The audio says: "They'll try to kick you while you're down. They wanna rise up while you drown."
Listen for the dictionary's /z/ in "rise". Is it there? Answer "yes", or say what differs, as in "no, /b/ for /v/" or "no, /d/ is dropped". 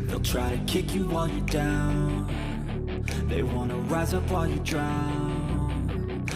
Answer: yes